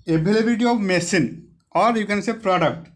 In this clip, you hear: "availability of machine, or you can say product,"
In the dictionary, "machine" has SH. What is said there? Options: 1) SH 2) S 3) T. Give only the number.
2